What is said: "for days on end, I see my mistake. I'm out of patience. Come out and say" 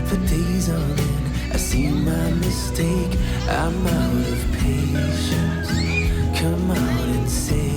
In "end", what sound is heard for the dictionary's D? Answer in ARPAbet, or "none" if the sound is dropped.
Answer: none